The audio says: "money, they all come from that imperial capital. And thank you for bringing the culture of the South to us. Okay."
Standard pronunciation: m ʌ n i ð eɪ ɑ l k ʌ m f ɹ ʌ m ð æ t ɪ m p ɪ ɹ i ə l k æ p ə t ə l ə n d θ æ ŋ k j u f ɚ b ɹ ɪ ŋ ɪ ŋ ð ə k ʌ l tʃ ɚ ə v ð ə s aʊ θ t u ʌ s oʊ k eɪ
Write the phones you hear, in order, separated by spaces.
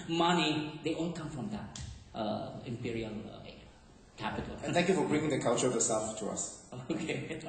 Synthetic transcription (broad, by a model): m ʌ n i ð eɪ ɑ l k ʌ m f ɹ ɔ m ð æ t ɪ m p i ɹ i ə l k æ p ə t ə l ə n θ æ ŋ k j u f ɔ b ɹ ɪ ŋ ɪ ŋ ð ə k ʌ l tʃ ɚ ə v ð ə s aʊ f t u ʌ s oʊ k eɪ